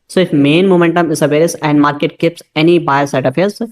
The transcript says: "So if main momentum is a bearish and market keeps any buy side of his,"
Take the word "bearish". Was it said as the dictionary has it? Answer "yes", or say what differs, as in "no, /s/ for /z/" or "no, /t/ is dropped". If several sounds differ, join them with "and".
no, /s/ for /ʃ/